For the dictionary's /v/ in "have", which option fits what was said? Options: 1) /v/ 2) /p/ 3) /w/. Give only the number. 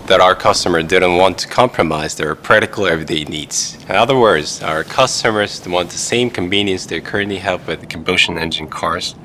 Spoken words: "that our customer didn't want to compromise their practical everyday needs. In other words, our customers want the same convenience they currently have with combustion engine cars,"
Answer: 2